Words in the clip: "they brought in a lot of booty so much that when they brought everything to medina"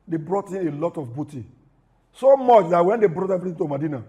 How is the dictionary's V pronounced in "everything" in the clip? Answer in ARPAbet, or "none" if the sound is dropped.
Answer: P